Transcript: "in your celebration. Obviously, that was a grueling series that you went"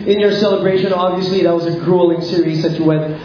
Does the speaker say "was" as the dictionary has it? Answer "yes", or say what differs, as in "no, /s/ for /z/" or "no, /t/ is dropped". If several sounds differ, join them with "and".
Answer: yes